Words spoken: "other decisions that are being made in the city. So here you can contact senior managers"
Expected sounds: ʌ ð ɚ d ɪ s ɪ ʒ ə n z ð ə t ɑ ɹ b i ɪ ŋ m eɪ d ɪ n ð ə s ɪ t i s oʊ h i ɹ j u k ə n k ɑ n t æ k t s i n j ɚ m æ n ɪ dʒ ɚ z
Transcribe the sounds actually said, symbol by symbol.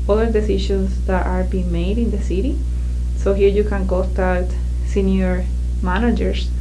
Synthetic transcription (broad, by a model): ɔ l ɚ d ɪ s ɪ ʃ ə n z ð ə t ɑ ɹ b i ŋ m eɪ d ɪ n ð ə s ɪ t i s oʊ h i ɹ j u k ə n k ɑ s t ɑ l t s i n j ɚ m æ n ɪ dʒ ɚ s